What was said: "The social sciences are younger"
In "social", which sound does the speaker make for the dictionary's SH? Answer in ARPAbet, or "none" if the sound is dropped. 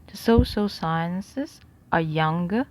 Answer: S